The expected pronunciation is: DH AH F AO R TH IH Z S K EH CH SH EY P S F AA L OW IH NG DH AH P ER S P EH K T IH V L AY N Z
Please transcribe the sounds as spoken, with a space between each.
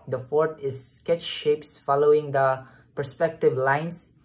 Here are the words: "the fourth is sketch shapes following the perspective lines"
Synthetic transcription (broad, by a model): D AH F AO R T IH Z S K EH CH SH EY P S F AA L OW IH NG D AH P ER S P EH K T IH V L AY N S